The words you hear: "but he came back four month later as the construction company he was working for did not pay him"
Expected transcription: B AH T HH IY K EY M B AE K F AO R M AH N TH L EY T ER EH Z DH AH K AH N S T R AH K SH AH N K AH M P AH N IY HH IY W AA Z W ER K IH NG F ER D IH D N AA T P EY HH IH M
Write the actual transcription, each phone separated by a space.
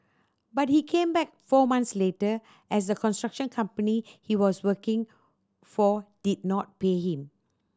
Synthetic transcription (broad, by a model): B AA T HH IY K EY M B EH K F AO M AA N S L EY T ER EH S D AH K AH N S T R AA K SH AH N K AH M P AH N IY HH IY W AA S W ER K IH NG F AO D IH D N AA T P EY HH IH M